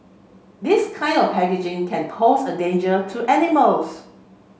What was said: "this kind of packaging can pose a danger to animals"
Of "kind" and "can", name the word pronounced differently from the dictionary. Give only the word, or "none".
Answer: none